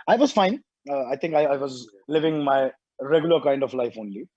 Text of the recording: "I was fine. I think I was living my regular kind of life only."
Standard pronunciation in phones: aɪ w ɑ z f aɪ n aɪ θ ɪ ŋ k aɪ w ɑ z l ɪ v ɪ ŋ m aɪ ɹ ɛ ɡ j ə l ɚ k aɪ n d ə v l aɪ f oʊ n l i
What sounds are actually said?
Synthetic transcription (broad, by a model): aɪ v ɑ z f aɪ n aɪ t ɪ ŋ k aɪ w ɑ z l ɪ v ɪ ŋ m aɪ ɹ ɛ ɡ j l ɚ k aɪ n d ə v l aɪ f oʊ n l i